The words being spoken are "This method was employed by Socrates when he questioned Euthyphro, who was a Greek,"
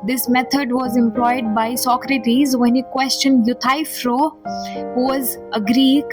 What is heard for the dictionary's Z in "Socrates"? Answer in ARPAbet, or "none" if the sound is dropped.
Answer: Z